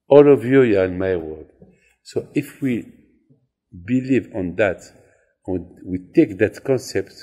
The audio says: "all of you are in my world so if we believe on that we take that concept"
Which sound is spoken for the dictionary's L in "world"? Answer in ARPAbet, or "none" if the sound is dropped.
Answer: none